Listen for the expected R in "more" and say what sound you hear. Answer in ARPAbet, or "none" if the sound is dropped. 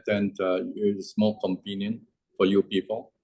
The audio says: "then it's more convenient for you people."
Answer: L